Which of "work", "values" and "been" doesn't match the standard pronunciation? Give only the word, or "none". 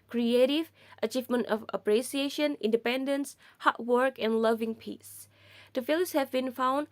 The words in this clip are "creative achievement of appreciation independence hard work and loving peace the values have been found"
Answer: values